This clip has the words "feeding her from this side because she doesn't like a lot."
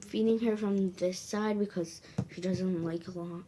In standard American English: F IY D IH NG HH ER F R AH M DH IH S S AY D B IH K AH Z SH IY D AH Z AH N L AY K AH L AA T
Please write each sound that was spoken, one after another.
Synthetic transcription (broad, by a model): F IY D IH NG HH ER F R AH M DH IH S S AY D B IH K AH Z SH IY D AH Z AH N L AY K AH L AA T